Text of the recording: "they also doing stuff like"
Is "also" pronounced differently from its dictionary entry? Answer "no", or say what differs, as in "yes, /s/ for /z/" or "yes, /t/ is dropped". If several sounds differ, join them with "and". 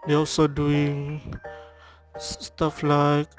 yes, /l/ is dropped